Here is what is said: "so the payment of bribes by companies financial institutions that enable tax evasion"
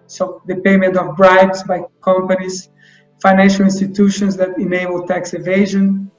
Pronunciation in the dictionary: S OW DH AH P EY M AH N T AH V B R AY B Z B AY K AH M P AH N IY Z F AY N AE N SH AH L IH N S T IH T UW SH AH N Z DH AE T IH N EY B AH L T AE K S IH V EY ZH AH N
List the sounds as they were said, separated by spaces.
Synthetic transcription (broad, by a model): S OW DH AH P EY M AH N T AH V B R AY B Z B AY K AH M P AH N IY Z F AY N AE N SH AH L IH N S T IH T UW SH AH N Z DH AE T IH N EY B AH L T AE K S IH V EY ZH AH N